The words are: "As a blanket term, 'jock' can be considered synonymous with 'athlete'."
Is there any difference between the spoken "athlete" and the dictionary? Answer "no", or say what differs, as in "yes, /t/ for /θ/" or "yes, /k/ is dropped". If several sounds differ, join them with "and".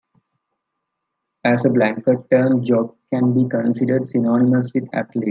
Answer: yes, /t/ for /θ/